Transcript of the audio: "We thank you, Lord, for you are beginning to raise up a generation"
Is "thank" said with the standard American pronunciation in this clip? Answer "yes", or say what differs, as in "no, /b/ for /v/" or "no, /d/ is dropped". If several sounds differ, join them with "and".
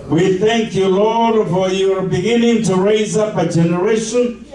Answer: yes